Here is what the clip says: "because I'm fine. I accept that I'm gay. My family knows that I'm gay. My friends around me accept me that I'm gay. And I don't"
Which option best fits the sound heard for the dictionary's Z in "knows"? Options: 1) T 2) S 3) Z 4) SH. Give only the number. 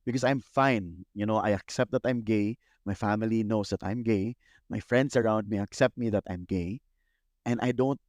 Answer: 2